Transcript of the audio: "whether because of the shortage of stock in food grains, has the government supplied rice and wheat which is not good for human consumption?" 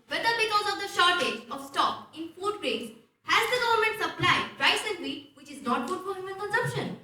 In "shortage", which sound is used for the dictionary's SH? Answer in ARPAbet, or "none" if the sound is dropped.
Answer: SH